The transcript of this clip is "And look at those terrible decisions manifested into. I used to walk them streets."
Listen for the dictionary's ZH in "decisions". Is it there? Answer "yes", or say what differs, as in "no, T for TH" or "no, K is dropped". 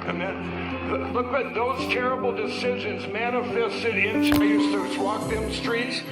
yes